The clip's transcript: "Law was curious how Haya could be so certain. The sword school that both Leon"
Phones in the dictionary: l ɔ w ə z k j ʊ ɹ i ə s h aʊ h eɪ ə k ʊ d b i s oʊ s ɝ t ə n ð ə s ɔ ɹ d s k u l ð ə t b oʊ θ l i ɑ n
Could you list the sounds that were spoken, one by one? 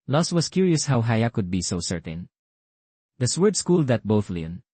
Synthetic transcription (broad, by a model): l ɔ w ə s k j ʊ ɹ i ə s h aʊ h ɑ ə k ʊ d b i s oʊ s ɝ t ə n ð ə s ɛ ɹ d s k u l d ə t b oʊ θ l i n